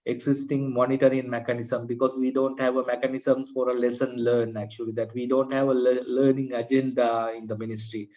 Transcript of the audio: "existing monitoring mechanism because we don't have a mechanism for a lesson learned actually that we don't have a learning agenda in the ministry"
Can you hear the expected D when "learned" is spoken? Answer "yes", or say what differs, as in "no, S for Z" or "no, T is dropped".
no, D is dropped